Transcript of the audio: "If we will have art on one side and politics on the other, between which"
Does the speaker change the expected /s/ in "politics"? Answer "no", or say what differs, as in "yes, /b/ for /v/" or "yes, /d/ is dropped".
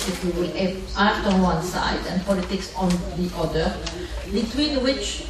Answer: no